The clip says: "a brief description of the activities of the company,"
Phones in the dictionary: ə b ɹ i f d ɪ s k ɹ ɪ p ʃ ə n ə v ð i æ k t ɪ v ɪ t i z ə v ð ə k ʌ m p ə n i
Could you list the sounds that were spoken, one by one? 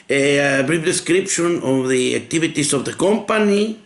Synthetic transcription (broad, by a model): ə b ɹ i p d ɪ s k ɹ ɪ p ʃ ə n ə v ð i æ k t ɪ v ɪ t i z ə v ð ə k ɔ m p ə n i